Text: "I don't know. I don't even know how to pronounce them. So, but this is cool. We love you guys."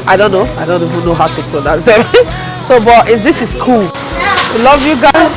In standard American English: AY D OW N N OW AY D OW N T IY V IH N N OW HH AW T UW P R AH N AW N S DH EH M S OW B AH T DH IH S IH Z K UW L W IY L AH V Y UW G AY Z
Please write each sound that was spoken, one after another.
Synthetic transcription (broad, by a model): AY D OW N N OW AY D OW N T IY V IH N N OW HH AW T UW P L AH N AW S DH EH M S OW B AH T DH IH S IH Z K UW L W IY L AH V Y UW G AY